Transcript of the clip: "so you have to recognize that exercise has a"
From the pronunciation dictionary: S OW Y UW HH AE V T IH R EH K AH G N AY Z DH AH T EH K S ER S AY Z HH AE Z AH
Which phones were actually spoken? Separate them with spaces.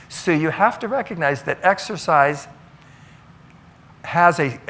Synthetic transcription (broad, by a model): S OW Y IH HH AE F T IH R EH K AH G N AY Z DH AH T EH K S ER S AY Z HH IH Z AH